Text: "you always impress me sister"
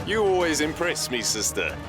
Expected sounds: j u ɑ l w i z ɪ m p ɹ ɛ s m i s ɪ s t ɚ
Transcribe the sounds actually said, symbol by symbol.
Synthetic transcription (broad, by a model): j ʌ ɑ l w i z ɪ m p ɹ ɛ s m i s ɪ s t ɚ